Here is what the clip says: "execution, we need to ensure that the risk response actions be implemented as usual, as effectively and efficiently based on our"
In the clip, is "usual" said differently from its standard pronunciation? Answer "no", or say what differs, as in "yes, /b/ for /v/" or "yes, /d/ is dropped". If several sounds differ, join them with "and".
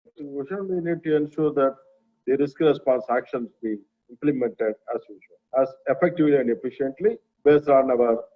yes, /n/ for /l/